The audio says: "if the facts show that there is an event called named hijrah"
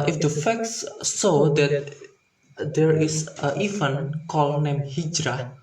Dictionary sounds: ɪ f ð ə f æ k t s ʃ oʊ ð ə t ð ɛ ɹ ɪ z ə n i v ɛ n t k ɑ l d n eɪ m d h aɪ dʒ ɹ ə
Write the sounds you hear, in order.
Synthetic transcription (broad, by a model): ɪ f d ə f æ k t s s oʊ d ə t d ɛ ɹ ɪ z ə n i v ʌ n k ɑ l n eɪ m h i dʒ ɹ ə